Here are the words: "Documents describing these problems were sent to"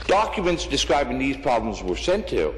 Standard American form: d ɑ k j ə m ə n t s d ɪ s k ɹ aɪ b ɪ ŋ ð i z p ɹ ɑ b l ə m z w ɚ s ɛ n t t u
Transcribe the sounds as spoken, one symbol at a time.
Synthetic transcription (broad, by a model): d ɑ k j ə m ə n t s d ɪ s k ɹ aɪ b ɪ ŋ ð i z p ɹ ɑ b l ə m z w ɚ s ɛ n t t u